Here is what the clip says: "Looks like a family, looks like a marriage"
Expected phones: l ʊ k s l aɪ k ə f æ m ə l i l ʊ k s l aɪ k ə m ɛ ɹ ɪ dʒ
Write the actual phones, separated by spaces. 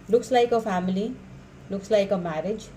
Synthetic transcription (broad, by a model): l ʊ k s l aɪ k ə p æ m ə l i l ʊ k s l aɪ k ə m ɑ ɹ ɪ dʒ